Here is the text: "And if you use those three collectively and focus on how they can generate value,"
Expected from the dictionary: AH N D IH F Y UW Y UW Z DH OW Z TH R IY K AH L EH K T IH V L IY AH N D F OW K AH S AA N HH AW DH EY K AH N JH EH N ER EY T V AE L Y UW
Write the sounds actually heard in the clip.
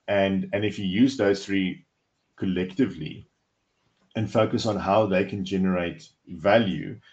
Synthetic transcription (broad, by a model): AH N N IH F Y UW Y UW Z DH OW Z TH R IY K AH L EH K T IH V L IY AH N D F OW K AH S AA N HH AW DH EY K AH N JH EH N ER EY T V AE L Y UW